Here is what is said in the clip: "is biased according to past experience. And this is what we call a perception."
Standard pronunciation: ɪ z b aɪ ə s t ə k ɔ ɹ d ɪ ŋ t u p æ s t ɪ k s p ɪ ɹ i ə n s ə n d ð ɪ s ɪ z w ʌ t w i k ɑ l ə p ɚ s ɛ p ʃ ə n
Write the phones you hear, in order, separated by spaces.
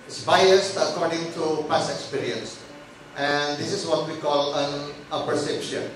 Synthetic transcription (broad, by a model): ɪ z b aɪ ə s t ə k ɔ ɹ d ɪ ŋ t u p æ s ɪ k s p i ɹ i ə n s ə n d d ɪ s ɪ z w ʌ t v i k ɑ l ə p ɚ s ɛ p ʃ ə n